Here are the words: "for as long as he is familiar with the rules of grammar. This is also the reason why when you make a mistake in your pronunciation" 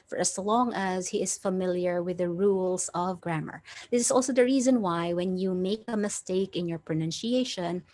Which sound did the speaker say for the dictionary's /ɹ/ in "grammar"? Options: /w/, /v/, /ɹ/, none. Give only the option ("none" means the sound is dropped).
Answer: /ɹ/